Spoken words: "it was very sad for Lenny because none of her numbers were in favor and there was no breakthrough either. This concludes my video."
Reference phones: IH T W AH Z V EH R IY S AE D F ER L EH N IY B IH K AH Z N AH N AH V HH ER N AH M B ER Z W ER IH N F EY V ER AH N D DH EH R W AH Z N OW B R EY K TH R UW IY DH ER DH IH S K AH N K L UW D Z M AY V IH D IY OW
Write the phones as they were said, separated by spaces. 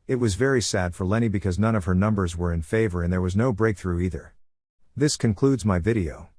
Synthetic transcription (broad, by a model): IH T W AH Z V EH R IY S AE D F ER L EH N IY B IH K AH Z N AH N AH V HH ER N AH M B ER Z W ER IH N F EY V ER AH N DH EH R W AH Z N OW B R EY K TH R UW IY DH ER DH IH S K AH N K L UW D Z M AY V IH D IY OW